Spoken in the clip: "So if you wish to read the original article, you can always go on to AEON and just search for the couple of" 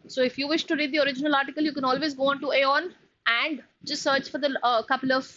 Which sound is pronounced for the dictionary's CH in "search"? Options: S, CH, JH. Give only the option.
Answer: CH